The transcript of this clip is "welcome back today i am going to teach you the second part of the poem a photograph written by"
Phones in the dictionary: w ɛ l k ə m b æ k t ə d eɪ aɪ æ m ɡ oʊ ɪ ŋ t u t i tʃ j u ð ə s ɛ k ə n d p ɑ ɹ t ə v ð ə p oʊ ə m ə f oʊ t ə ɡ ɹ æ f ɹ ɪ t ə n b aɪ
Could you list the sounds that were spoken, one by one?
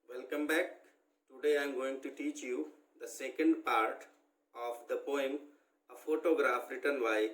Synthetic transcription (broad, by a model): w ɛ l k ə m b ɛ k t ə d eɪ aɪ m ɡ oʊ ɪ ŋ t u t i tʃ j u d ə s ɛ k ə n d p ɑ ɹ t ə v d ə p oʊ ə m ə f oʊ t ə ɡ ɹ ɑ f ɹ ɪ t ə n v aɪ